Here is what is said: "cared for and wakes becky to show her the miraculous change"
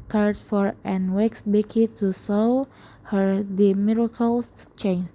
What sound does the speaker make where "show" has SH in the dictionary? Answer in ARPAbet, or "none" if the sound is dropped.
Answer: S